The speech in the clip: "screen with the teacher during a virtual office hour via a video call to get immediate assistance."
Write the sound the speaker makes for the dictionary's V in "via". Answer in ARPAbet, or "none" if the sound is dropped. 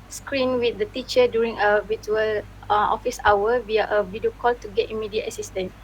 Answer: W